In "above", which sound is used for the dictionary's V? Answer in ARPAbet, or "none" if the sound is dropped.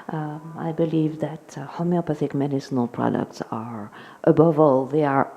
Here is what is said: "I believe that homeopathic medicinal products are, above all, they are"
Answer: V